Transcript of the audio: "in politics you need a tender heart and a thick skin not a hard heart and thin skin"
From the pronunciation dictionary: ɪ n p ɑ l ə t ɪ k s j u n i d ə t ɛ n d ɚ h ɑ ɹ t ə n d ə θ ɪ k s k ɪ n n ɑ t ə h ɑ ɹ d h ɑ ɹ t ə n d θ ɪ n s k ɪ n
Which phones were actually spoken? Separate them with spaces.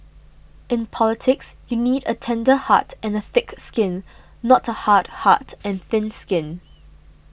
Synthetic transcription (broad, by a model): ɪ n p ɑ l ə t ɪ k s j u n i d ə t ɛ n d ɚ h ɑ t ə n ə θ ɪ k s k ɪ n n ɑ t ə h ɑ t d h ɑ t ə n θ ɪ n s k ɪ n